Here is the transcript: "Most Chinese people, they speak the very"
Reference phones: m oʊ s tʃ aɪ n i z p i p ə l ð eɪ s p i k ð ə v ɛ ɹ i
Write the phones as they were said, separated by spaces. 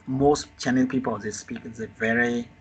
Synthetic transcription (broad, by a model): m oʊ s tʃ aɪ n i p i p ə l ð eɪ s p i k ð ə v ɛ ɹ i